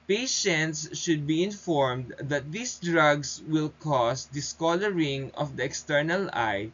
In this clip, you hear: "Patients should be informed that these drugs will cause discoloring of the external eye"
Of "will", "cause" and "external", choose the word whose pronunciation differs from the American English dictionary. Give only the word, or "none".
cause